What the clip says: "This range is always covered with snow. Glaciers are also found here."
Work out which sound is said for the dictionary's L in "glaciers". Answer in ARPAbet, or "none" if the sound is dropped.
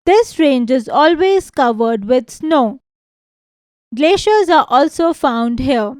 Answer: L